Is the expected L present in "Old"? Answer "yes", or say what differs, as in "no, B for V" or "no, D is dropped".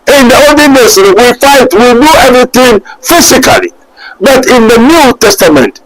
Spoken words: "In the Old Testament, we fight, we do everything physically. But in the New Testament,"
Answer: no, L is dropped